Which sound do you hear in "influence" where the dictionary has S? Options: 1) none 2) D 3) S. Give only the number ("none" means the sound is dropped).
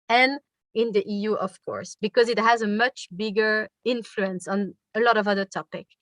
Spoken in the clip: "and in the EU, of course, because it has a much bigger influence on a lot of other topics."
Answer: 3